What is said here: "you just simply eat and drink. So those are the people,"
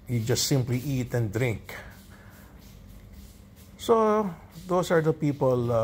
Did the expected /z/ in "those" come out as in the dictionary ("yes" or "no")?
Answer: no